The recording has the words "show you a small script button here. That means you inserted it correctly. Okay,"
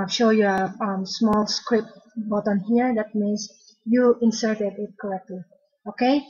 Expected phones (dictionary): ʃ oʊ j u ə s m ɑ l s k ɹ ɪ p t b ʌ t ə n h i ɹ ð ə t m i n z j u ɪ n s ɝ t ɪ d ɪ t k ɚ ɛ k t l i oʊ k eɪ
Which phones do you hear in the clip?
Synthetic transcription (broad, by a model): ʃ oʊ j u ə s m ɑ l s k ɹ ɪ p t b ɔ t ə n h i ɹ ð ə t m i n s j u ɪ n s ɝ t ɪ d ɪ t k ɚ ɛ k t l i oʊ k eɪ